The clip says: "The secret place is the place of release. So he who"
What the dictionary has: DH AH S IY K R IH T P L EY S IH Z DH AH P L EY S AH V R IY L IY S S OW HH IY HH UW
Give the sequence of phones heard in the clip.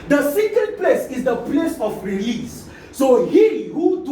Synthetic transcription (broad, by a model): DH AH S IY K IH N P L EY S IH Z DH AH P L EY S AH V R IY L IY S S OW HH IY HH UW